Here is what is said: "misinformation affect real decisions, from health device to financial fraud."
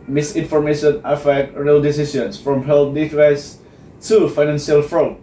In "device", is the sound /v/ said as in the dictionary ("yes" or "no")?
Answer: no